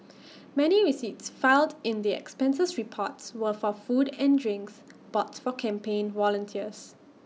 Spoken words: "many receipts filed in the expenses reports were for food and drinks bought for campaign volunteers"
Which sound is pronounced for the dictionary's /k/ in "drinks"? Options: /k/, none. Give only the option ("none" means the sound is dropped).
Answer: /k/